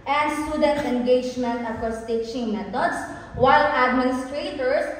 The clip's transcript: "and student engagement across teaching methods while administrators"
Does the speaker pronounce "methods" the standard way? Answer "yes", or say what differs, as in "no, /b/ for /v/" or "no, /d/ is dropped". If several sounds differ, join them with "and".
no, /t/ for /θ/ and /s/ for /z/